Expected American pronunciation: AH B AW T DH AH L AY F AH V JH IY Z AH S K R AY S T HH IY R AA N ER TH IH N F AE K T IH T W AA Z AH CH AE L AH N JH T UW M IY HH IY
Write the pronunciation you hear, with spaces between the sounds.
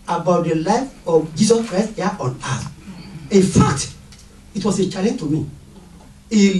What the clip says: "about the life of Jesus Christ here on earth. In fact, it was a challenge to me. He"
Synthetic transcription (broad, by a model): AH B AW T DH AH L AY F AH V JH IY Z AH S K R AY S T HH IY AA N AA T IH N F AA K T IH T W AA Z AH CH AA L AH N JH T UW M IY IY